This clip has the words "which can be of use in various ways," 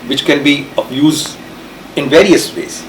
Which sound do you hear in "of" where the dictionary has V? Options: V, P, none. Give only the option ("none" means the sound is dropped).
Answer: P